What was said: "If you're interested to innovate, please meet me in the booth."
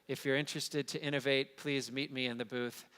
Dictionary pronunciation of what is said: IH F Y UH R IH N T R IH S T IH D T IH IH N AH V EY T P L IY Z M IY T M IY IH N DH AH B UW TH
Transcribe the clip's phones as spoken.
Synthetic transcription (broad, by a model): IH F Y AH R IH N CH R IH S T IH D T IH IH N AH V EY T P L IY Z M IY T M IY IH N DH AH B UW TH